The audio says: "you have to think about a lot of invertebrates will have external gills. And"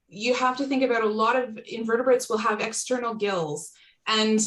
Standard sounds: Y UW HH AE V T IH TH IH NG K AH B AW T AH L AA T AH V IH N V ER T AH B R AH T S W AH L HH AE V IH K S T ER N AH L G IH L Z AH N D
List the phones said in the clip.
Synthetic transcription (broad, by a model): Y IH HH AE F T IH TH IH NG K AH B AW T AH L AA T AH V IH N V ER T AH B R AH T S W AH L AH V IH K S T ER N L G IH L Z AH N